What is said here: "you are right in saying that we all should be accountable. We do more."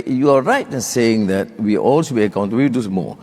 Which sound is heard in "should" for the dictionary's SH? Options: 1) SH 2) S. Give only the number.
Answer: 2